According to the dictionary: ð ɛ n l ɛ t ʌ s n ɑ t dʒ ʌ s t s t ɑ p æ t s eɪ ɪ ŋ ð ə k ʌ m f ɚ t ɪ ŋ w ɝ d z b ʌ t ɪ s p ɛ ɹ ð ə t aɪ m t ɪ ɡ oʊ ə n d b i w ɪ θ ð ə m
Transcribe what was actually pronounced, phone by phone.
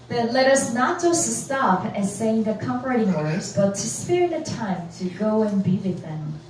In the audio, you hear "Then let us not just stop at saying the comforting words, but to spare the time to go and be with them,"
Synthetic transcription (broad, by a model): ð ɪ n l ɛ t ʌ s n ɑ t dʒ ʌ s t s t ɑ p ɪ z s eɪ ɪ ŋ ð ə k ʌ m p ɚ t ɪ ŋ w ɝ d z b ʌ t ɪ s p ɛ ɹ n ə t aɪ m t ɪ ɡ oʊ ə n b i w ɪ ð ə m